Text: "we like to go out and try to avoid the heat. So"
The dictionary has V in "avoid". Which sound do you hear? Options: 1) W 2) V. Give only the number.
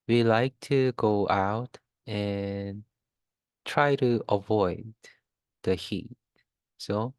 2